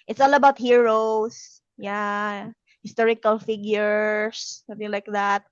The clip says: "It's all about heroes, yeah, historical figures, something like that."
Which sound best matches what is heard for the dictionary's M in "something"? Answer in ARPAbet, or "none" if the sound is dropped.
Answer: none